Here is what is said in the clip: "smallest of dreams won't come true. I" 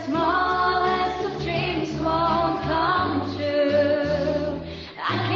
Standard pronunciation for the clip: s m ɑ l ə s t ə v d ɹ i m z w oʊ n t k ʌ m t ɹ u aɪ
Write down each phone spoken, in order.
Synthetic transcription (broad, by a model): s m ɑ l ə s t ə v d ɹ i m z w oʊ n k ʌ m t u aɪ